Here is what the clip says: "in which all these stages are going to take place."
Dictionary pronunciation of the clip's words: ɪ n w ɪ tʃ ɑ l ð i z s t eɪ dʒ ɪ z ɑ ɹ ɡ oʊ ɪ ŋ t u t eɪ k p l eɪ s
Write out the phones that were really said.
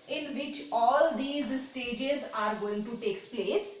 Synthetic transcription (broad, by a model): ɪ n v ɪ tʃ ɑ l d i z s t eɪ dʒ ɪ z ɑ ɹ ɡ oʊ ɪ ŋ t u t eɪ k p l eɪ s